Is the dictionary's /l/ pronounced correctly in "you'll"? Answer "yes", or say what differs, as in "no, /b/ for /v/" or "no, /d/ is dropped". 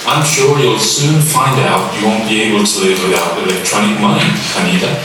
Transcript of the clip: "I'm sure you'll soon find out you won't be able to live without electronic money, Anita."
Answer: yes